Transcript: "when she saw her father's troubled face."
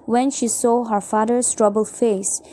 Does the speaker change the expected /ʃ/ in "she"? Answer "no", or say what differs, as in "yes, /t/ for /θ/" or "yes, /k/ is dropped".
no